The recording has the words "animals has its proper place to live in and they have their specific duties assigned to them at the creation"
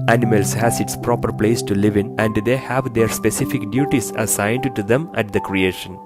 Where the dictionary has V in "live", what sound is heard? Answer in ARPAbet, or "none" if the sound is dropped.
V